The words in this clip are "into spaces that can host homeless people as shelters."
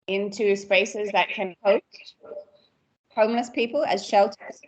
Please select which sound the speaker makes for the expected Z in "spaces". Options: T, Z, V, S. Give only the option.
Z